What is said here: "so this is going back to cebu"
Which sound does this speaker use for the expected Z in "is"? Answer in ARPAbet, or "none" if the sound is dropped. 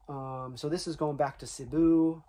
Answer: Z